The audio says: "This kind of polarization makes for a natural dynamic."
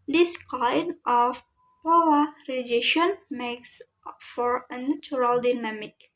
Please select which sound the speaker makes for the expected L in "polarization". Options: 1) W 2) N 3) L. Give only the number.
1